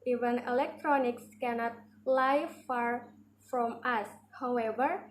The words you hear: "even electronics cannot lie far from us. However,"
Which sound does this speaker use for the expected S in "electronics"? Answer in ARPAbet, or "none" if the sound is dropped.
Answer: S